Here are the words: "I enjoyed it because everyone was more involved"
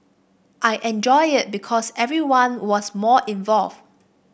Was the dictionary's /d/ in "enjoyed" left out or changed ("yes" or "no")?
yes